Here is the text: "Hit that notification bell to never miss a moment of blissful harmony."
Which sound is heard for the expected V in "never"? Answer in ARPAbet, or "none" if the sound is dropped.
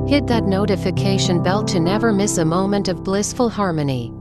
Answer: V